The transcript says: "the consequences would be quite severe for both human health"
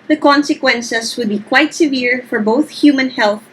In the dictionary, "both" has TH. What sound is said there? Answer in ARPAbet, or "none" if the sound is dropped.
TH